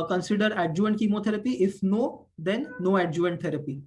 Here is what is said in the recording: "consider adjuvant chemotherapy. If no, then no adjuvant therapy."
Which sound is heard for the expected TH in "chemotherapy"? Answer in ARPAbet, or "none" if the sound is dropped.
T